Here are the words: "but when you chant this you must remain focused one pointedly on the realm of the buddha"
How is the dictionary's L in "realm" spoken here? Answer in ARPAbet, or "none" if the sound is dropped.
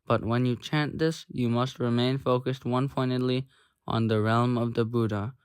L